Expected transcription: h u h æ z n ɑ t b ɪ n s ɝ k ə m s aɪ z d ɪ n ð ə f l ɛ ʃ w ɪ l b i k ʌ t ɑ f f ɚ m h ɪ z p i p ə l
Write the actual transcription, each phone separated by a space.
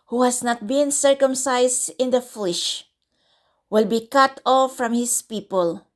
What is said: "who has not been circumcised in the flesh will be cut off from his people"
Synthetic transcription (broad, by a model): h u h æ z n ɑ t b ɪ n s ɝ k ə m s aɪ s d ɪ n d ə f l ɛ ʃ w ɪ l b i k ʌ t ɑ f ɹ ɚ m h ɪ s p i p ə l